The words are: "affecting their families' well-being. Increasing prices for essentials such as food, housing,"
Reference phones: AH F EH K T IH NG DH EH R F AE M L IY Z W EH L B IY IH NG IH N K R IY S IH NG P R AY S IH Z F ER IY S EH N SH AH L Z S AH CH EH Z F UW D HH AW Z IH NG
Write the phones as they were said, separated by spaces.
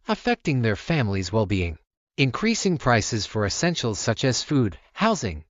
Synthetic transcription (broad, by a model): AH F EH K T IH NG DH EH R F AE M L IY Z W EH L B IY IH NG IH N K R IY S IH NG P R AY S IH Z F ER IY S EH N SH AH L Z S AH CH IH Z F UW D HH AW Z IH NG